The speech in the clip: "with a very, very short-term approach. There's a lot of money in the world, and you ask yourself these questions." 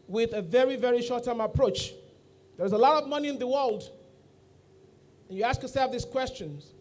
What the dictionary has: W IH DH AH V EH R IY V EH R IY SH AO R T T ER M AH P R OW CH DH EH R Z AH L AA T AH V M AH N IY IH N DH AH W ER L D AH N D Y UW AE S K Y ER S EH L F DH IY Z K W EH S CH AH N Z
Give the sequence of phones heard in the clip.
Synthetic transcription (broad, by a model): W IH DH AH V EH R IY V EH R IY SH AO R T T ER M AH P R OW CH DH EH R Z AH L AA T AH V M AH N IY IH N DH AH W ER L D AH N Y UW AE S K Y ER S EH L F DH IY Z K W EH S CH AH N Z